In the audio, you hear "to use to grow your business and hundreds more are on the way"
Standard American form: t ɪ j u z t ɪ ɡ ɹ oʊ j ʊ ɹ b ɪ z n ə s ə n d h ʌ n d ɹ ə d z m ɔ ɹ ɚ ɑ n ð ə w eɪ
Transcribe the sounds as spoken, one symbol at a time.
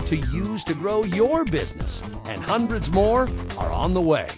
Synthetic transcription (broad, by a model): t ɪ j u z t ɪ ɡ ɹ oʊ j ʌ ɹ b ɪ z n ə s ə n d h ʌ n d ɹ ə d z m ɔ ɹ ɚ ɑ n ð ə w eɪ